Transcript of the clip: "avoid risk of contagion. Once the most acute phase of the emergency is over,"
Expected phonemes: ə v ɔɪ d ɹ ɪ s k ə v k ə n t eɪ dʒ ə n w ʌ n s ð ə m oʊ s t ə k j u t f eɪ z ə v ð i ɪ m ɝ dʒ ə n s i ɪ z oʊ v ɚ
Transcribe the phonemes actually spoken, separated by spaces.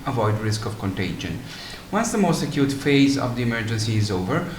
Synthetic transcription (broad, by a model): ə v ɔɪ d ɹ ɪ s k ə v k ə n t eɪ dʒ ə n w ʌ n s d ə m oʊ s t ə k j u t f eɪ z ə v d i ɪ m ɝ dʒ ə n s i ɪ z oʊ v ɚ